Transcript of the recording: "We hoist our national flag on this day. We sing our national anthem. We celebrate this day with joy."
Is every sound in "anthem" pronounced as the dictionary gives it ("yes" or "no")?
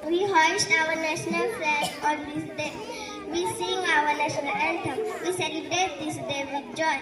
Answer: no